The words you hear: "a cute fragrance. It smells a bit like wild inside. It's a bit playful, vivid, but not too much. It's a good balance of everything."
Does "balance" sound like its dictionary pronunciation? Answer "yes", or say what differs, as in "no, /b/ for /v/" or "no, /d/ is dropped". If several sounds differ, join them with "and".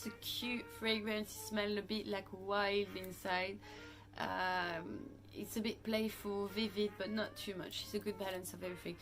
yes